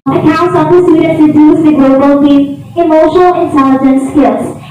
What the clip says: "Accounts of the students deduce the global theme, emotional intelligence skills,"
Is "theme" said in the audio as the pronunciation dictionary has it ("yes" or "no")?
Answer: no